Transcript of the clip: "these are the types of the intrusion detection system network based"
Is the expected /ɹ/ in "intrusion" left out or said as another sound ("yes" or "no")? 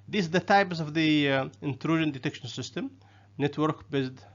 no